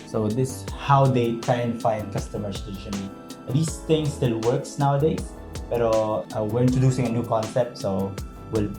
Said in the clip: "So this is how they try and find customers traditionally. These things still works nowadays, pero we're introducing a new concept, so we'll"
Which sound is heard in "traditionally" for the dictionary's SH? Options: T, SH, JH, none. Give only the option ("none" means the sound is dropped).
none